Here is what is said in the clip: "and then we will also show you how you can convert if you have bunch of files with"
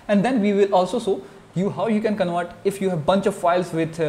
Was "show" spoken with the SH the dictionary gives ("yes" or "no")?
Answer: no